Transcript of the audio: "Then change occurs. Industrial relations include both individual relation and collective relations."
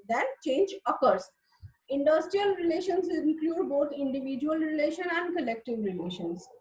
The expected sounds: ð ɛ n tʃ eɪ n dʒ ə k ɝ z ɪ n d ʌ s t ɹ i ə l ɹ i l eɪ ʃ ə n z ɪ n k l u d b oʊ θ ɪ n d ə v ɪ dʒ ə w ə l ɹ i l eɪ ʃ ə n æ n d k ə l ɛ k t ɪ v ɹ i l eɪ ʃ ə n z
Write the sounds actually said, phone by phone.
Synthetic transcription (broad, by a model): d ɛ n tʃ eɪ n dʒ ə k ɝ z ɪ n d ʌ s t ɹ i ə l ɹ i l eɪ ʃ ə n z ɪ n k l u d b oʊ t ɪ n d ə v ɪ dʒ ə ə l ɹ i l eɪ ʃ ə n æ n d k ə l ɛ k t ɪ v ɹ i l eɪ ʃ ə n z